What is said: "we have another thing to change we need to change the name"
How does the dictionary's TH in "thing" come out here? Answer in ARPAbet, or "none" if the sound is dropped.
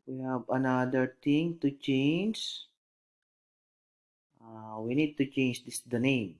T